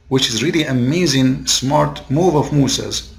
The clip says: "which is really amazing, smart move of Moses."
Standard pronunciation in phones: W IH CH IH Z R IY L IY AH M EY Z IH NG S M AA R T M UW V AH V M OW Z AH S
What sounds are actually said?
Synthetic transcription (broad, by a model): W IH CH IH Z R IY L IY AH M EY Z IH NG S M AA R T M UW V AH V M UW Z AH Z